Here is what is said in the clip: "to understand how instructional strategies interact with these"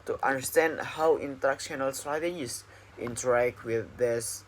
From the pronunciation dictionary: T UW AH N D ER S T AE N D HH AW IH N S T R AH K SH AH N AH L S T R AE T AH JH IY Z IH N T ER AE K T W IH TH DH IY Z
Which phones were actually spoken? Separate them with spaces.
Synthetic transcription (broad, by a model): T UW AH N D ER S T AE N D HH AW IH N T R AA K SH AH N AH L S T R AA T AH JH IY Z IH N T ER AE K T W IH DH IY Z